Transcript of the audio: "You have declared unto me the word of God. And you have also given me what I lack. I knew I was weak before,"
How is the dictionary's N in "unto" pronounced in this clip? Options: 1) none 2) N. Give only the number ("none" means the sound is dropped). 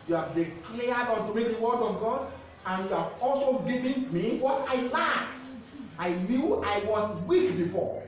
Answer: 1